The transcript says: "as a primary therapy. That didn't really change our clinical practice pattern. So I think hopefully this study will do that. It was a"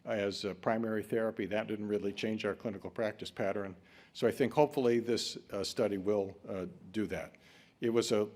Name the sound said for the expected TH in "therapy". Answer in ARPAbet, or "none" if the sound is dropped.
TH